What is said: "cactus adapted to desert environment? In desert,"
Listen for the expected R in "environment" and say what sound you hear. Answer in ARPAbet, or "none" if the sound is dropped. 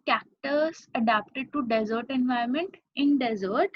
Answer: none